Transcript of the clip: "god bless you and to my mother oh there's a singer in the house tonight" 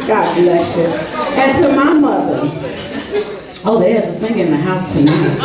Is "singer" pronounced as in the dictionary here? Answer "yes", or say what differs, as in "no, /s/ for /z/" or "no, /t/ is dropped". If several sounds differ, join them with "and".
no, /θ/ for /s/